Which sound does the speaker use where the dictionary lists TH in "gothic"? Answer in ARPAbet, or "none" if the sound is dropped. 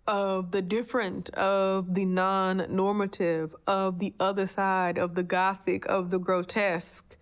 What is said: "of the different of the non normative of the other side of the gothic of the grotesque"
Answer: TH